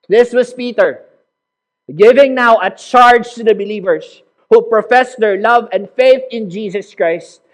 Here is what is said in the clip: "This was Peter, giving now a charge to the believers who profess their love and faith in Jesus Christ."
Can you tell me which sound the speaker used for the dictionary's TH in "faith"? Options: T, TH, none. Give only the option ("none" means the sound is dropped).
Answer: TH